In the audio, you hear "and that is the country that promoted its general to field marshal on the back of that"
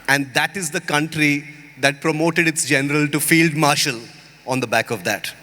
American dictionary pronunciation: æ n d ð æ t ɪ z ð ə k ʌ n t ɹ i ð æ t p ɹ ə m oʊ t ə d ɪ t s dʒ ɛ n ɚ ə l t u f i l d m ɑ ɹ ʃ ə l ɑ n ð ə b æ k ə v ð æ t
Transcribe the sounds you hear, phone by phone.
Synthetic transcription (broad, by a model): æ n d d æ t ɪ z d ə k ʌ n t ɹ i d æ t p ɹ ə m oʊ t ə d ɪ t s dʒ ɛ n ɚ ə l t u f i l d m ɑ ɹ ʃ ə l ɑ n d ə b æ k ə v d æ t